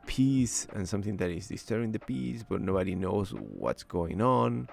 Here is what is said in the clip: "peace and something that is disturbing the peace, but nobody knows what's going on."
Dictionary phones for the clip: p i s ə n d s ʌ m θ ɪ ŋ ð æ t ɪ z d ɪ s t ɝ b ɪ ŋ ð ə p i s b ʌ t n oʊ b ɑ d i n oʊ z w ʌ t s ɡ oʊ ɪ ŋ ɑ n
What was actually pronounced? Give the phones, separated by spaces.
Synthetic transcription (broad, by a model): p i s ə n s ʌ m θ ɪ ŋ ð æ t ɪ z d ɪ s t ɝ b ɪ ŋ ð ə p i s b ʌ t n oʊ b ɑ d i n oʊ z w ʌ t s ɡ oʊ ɪ ŋ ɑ n